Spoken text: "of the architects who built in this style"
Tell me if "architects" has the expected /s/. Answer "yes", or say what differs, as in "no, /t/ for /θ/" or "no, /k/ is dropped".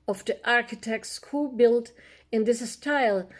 yes